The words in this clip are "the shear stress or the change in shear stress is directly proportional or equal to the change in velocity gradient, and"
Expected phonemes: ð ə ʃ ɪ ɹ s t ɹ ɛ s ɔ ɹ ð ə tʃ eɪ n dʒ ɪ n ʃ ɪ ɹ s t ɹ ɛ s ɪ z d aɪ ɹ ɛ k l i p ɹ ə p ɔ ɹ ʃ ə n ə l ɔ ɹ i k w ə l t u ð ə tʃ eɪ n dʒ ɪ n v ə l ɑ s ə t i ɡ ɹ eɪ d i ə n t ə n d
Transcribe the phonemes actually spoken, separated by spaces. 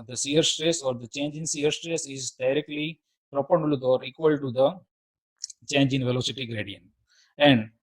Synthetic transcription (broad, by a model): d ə s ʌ ɹ s t ɹ ɛ s ɔ ɹ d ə tʃ eɪ n dʒ ɪ n s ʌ ɹ s t ɹ ɛ s ɪ z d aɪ ɹ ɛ k l i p ɹ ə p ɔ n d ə l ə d ɔ ɹ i k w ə l t u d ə tʃ eɪ n dʒ ɪ n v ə l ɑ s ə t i ɡ ɹ eɪ d i ə n t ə n d